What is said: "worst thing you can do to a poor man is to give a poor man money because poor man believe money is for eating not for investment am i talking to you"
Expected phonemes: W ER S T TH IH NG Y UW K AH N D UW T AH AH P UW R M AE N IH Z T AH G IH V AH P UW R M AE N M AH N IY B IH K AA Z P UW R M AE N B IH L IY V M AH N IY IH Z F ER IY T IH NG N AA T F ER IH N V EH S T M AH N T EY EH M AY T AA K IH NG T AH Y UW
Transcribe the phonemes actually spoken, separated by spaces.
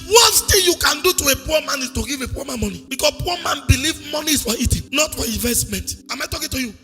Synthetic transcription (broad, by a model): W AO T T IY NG Y UW K AH N D UW T AH AH P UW M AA N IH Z T AH G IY V AH P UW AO M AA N M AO N IY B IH K AA S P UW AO M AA N B IH L IY V M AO N IY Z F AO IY T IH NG N AA T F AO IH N V EH S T M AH N T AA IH M AY T AA K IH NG T AH Y UW